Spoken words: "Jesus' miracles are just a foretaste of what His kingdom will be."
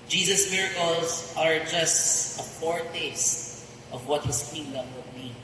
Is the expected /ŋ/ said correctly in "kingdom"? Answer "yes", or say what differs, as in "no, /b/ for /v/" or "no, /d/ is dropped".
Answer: no, /ŋ/ is dropped